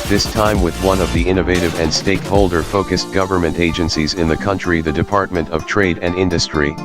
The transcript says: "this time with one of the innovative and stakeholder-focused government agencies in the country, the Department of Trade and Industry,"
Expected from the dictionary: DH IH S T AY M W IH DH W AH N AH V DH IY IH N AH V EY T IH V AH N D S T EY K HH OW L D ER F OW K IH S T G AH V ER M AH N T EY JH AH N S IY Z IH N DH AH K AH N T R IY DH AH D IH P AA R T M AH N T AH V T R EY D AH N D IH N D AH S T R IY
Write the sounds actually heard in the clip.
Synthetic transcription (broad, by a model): DH IH S T AY M W IH DH W AH N AH V DH IY IH N AH V EY T IH V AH N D S T EY K HH OW L D ER F OW K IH S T G AH V ER M AH N T EY JH AH N S IY Z IH N DH AH K AH N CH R IY DH AH D IH P AA R T M AH N T AH V T R EY D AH N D IH N D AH S T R IY